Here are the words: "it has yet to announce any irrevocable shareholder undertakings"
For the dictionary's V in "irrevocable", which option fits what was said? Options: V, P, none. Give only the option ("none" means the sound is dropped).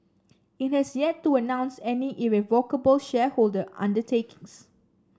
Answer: V